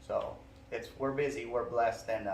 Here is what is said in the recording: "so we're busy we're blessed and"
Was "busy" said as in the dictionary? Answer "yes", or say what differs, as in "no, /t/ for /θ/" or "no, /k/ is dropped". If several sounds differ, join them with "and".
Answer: yes